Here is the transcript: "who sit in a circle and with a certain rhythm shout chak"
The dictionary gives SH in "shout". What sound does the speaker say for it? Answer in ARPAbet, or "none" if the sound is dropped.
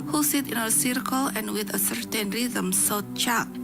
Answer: S